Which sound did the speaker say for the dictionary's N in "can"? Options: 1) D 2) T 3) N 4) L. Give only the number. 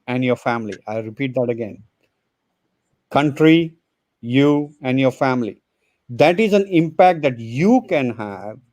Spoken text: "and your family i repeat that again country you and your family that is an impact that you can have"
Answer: 3